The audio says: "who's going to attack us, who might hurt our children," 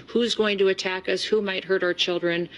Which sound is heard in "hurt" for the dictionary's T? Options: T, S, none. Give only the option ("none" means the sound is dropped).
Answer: T